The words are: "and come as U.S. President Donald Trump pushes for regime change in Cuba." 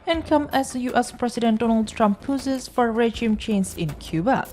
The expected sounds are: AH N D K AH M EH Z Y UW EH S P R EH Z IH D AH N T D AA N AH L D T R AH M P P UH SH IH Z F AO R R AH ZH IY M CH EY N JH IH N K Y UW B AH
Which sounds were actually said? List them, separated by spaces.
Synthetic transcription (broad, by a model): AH N K AH M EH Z Y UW EH S P R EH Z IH D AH N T D AA N AH L D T R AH M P P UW S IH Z F AO R R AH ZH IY M CH EY N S IH N K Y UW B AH